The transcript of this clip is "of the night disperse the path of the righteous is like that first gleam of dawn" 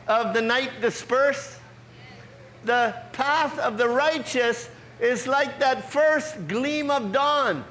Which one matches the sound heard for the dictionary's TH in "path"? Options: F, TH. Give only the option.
TH